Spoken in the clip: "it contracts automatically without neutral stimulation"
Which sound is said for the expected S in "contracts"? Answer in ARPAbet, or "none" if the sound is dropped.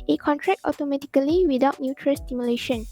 none